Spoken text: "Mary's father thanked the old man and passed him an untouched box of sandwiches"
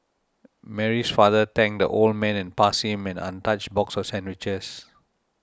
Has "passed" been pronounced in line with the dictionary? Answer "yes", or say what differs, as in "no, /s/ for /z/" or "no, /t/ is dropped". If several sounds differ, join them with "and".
no, /t/ is dropped